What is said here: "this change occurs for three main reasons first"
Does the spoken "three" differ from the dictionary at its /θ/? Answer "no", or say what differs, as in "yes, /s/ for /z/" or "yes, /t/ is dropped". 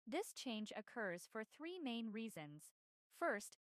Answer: no